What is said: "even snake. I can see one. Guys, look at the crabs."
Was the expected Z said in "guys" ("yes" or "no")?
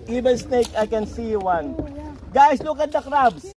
no